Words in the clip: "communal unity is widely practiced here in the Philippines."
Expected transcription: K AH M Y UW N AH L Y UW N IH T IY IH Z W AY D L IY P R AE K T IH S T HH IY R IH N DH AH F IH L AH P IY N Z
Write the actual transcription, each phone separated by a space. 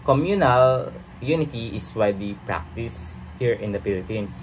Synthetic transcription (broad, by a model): K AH M Y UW N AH L Y UW N IH T IY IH S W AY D IY P R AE K T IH S HH IY R IH N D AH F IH L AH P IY N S